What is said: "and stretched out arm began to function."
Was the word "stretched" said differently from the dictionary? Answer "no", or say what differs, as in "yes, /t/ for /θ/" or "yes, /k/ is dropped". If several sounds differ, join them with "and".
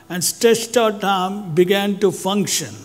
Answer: yes, /ɹ/ is dropped